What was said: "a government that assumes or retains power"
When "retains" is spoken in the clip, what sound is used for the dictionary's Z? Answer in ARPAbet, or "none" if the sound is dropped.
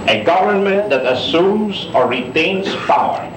S